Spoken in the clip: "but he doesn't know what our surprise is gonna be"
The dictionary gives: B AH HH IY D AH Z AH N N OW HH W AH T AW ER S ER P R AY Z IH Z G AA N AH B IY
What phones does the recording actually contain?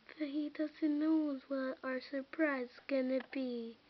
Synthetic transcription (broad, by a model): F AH HH IY D AH Z AH N N OW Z W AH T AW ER S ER P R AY IH Z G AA N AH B IY